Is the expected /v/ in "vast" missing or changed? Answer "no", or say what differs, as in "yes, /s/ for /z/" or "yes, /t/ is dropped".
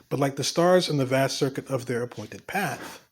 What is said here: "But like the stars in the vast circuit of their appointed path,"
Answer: no